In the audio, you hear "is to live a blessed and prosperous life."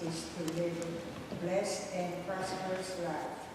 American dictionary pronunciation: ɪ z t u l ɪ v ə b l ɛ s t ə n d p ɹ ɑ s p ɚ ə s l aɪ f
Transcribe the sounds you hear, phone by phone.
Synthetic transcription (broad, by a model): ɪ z t u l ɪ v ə b l ɛ s t ə n d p ɑ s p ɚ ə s l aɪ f